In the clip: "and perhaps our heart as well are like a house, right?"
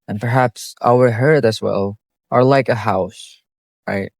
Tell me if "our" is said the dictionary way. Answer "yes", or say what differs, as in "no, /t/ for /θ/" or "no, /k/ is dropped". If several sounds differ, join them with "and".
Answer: no, /w/ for /ɹ/